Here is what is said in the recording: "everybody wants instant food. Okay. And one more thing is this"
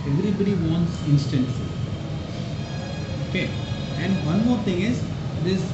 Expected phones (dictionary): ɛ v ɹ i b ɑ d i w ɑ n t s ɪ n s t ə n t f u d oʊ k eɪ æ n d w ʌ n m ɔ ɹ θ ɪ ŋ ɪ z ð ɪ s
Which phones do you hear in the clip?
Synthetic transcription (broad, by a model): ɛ v ɹ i b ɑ d i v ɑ n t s ɪ n s t ə n t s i oʊ k eɪ æ n d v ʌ n m ɔ ɹ t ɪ ŋ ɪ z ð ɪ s